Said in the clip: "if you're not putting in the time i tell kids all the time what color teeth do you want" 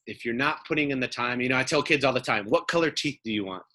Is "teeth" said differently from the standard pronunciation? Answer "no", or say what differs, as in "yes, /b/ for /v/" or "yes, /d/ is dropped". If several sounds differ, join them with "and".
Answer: no